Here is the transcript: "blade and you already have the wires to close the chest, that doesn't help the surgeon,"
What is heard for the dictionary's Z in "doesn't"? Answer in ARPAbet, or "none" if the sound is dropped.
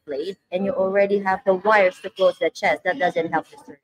Z